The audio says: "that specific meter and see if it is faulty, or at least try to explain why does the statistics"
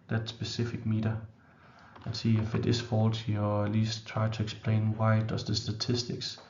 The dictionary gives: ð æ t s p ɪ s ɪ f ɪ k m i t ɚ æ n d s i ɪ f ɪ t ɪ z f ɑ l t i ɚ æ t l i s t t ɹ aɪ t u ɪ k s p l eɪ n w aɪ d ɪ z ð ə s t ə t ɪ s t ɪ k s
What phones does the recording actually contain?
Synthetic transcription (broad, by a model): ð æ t s b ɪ s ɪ f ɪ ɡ m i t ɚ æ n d s i ɪ f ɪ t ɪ s f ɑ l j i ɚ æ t l i s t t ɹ aɪ s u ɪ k s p l eɪ n w aɪ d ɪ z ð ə s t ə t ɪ s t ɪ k s